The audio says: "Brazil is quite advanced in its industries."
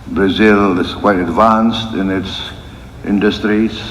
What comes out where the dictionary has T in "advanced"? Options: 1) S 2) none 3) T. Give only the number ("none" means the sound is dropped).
3